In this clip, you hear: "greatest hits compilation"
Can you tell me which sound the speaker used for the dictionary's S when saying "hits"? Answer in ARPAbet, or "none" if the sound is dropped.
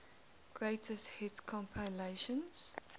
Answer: none